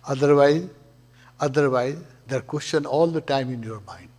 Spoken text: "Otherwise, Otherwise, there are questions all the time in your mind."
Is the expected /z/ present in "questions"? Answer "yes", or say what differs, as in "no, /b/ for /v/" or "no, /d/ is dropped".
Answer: no, /z/ is dropped